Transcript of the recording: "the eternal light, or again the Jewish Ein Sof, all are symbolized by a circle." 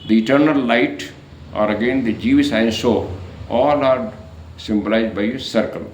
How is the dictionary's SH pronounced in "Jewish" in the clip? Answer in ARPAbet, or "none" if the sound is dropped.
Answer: S